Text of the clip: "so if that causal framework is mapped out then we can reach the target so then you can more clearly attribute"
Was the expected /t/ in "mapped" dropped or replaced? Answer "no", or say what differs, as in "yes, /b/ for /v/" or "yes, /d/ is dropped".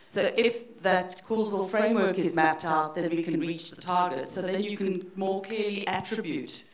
no